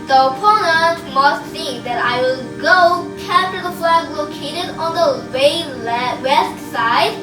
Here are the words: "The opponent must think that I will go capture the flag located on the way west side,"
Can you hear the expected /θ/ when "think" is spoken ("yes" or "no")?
no